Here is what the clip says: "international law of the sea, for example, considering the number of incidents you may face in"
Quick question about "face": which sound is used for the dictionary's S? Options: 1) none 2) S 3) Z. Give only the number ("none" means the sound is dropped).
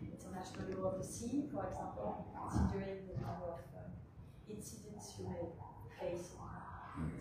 1